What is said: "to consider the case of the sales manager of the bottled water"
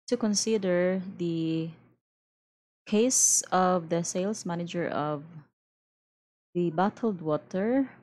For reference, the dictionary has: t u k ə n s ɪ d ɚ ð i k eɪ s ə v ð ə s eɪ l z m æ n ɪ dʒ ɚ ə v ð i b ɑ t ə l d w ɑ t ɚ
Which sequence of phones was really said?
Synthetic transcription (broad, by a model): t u k ə n s ɪ d ɚ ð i k eɪ s ə v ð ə s eɪ l s m æ n ɪ dʒ ɚ ə v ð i b ɑ t ə l d w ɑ t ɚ